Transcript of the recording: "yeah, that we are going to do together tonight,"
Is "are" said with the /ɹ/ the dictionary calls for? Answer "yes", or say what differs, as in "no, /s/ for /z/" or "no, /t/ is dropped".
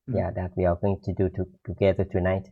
no, /l/ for /ɹ/